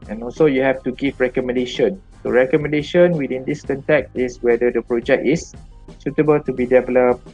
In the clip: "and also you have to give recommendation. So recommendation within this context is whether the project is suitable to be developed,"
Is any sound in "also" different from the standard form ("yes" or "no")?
no